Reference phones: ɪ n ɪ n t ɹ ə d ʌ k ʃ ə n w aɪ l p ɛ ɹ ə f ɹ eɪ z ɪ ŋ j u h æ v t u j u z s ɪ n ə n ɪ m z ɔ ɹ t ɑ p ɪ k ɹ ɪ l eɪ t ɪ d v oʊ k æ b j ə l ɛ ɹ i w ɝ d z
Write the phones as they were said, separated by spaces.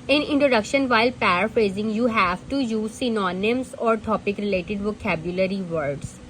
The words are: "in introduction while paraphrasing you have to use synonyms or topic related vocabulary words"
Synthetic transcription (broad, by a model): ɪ n ɪ n t ɹ ə d ʌ k ʃ ə n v aɪ l p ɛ ɹ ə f ɹ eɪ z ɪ ŋ j u h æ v t u j u z s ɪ n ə n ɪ m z ɔ ɹ t ɑ p ɪ k ɹ ɪ l eɪ t ɪ d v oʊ k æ b j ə l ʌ ɹ i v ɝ d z